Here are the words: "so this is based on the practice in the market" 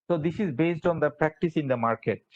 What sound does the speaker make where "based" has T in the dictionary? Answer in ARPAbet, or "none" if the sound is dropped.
T